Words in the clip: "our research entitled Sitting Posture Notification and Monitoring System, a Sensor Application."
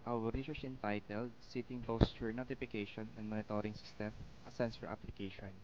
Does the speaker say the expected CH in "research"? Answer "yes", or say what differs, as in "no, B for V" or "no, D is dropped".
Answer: no, S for CH